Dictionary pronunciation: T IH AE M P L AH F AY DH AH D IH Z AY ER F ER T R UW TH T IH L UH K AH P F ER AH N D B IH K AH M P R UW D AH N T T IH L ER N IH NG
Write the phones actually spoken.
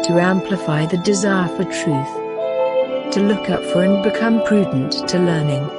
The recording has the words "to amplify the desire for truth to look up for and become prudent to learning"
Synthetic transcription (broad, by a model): T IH AE M P L AH F AY DH AH D IH Z AY ER F ER T R UW TH T IH L UH K AH P F ER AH N B IH K AH M P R UW D N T T IH L ER N IH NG